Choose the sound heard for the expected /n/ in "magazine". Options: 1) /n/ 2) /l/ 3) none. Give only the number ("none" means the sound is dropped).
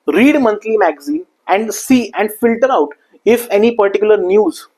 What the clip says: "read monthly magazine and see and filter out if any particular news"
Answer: 3